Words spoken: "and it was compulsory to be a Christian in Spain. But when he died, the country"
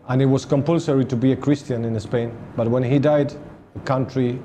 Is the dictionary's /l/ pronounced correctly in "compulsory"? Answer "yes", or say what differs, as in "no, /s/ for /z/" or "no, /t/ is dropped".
yes